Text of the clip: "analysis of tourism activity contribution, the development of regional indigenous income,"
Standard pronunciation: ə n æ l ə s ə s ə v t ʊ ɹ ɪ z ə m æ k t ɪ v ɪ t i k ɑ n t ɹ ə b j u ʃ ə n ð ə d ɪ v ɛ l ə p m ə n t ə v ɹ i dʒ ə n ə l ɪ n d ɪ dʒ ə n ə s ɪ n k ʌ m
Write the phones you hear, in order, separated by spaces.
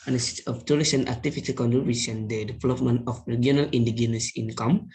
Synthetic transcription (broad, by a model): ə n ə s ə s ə f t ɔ l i s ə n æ k t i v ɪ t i k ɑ n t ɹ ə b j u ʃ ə n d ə d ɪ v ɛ l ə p m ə n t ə f ɹ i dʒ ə n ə l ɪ n d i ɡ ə n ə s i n k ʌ m